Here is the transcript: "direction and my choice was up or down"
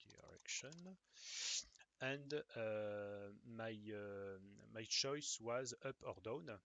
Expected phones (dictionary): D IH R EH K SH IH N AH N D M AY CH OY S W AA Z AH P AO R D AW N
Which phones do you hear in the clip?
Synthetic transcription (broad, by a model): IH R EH K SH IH N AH N D M AY CH OY S W AA Z AH P AO R D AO N